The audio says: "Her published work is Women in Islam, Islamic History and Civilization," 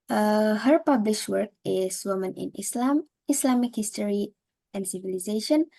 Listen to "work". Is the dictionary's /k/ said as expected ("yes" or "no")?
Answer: yes